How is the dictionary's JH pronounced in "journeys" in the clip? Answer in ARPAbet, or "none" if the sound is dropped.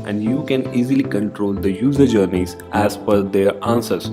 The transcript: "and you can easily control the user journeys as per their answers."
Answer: JH